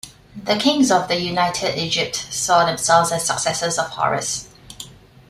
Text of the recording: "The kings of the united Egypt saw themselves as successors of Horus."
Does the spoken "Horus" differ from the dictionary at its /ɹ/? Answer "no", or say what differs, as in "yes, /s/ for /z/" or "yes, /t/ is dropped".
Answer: no